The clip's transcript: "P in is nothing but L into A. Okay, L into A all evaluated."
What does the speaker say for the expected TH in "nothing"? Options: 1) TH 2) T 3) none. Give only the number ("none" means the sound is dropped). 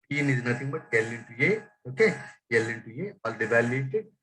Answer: 2